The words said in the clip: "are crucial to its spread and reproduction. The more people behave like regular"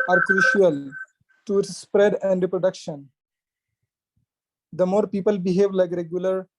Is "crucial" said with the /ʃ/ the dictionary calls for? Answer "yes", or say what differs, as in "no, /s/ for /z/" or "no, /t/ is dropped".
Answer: yes